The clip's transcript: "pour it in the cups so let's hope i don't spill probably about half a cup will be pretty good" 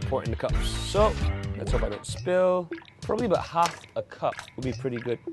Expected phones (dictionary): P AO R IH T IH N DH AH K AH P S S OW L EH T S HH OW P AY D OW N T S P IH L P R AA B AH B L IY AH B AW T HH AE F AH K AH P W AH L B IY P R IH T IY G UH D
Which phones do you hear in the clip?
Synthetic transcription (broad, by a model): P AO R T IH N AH K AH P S S OW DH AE T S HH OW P AY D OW N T S P IH L P R AA B AH B L IY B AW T HH AE F AH K AH P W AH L B IY P R IH T IY G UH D